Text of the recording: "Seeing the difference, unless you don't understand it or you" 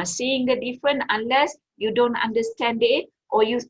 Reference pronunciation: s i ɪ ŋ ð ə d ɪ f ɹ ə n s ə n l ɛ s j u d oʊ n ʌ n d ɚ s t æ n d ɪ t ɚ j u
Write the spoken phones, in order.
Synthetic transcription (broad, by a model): s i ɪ ŋ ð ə d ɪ f ɹ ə n ə n l ɛ s j u d oʊ n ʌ n d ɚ s t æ n d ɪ t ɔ j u